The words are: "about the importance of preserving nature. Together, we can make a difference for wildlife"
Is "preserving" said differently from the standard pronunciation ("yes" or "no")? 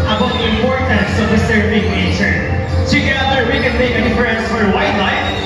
yes